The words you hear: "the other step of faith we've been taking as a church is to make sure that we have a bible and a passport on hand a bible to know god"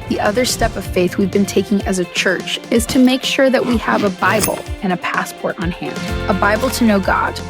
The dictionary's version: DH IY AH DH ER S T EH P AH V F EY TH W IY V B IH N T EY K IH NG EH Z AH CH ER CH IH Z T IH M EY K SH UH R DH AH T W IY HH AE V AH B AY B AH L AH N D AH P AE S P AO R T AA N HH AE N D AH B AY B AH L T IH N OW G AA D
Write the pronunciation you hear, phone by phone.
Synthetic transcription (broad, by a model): DH IY AH DH ER S T EH P AH V F EY TH W IY V B IH N T EY K IH NG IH Z AH CH ER CH IH Z T IH M EY K SH UH R DH AH T W IY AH V AH B AY B L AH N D AH P AE S P AO R T N HH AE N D AH B AY B L T IH N OW G AA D